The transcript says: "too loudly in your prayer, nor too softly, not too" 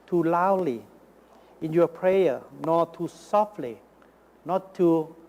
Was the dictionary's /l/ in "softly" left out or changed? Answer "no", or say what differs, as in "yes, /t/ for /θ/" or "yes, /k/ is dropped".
no